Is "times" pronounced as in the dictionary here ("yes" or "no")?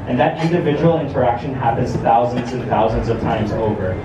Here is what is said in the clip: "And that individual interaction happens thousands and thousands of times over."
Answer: yes